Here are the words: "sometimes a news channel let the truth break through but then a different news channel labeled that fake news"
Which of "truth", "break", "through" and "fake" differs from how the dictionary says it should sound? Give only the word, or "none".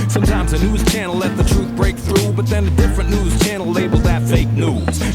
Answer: none